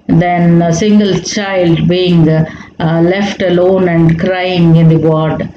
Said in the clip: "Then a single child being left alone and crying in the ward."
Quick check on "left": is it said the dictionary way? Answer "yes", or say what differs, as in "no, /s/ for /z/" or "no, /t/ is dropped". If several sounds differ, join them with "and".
yes